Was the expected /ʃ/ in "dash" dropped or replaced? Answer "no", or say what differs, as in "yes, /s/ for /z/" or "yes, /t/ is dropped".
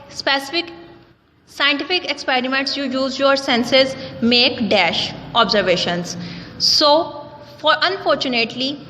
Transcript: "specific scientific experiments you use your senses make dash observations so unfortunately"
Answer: no